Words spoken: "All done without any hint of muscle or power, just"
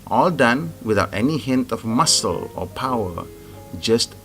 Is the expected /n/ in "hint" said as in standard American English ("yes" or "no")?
yes